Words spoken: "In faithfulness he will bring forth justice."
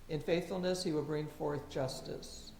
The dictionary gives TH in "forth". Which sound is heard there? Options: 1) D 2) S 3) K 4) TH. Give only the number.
4